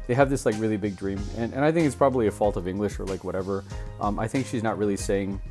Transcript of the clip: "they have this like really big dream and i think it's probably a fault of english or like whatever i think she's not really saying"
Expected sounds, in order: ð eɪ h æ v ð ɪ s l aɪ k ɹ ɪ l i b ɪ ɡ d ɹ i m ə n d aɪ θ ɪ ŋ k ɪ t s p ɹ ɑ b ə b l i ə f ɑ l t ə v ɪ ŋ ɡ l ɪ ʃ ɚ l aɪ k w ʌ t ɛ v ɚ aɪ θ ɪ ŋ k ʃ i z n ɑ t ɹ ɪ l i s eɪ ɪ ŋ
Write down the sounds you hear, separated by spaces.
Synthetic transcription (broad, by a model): ð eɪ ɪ v ð ɪ s l aɪ k ɹ ɪ l i b ɪ ɡ d ɹ i m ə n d aɪ θ ɪ ŋ k ɪ t s p ɹ ɑ b ə b l i ə f ɑ l t ə v ɪ ŋ ɡ l ɪ ʃ ɚ l aɪ k w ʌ t ɛ v ɚ aɪ θ ɪ ŋ k ʃ i z n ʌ t ɹ ɪ l i s eɪ ɪ ŋ